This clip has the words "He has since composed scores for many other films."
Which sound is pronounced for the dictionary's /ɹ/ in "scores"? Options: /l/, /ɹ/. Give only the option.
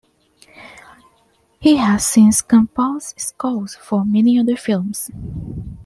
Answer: /l/